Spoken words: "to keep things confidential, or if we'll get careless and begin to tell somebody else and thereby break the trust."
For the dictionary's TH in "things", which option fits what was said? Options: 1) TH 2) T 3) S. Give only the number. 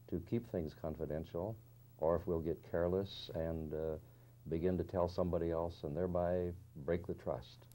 1